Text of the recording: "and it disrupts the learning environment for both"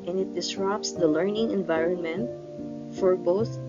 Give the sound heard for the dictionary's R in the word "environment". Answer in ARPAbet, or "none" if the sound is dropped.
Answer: R